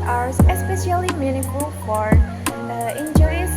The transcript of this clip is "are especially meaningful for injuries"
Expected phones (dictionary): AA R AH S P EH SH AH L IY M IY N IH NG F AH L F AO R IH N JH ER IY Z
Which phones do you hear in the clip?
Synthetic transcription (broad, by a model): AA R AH S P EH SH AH L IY M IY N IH F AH L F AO R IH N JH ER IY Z